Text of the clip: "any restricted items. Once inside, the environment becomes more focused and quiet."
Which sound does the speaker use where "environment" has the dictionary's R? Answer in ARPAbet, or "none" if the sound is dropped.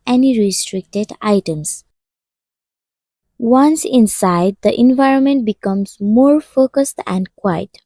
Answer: R